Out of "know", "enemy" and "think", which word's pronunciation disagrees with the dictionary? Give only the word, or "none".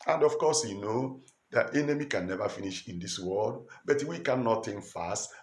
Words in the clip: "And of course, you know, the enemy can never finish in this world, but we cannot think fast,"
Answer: think